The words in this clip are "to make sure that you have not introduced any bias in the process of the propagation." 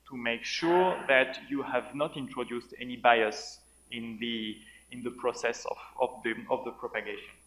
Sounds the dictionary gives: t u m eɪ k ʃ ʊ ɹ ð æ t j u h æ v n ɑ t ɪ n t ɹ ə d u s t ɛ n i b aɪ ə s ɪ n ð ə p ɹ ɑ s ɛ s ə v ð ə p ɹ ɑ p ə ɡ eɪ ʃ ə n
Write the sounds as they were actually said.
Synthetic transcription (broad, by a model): t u m eɪ k ʃ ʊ ɹ ð æ t j u h æ v n ɑ t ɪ n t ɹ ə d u s t ɛ n i b aɪ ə s ɪ n ð ə p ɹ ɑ s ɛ s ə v ð ə p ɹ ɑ p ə ɡ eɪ ʃ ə n